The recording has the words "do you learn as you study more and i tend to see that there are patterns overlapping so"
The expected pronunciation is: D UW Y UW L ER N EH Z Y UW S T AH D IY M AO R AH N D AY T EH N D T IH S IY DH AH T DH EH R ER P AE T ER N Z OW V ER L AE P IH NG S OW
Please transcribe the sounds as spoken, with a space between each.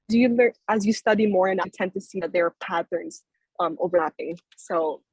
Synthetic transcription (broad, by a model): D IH Y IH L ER IH Z Y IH S T AH D IY M AO R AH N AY T EH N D T IH S IY DH AH T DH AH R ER P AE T ER N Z OW V ER L AE P IH NG S OW